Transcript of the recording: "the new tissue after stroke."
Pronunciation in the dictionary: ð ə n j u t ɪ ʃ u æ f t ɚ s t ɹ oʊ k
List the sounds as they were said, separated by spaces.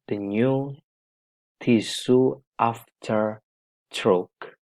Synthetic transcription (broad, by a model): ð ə n j u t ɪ s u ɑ f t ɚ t ɹ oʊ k